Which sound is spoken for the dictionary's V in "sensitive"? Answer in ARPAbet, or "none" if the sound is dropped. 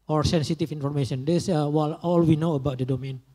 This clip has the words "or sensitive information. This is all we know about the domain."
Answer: F